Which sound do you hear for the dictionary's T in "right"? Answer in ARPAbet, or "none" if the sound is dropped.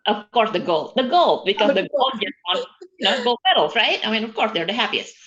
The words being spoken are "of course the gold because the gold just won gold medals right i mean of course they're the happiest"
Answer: T